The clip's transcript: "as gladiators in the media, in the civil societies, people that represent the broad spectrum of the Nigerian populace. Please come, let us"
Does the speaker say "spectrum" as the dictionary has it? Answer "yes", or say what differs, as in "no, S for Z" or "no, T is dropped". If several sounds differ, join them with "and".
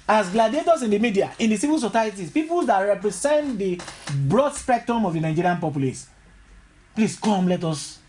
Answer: yes